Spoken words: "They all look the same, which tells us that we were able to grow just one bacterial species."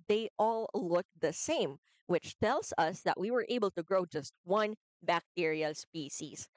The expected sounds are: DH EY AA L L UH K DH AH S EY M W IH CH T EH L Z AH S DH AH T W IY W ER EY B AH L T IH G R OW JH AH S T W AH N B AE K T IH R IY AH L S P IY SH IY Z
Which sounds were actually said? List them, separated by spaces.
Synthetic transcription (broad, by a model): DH EY AA L L UH K DH AH S EY M W IH CH T EH L Z AH S DH AH T W IY W ER EY B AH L T IH G R OW JH AH S T W AH N B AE K T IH R IY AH S P IY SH IY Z